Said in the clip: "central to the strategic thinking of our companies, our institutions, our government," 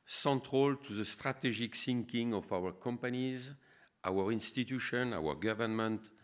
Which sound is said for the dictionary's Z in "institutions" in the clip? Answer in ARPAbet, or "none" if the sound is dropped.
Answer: none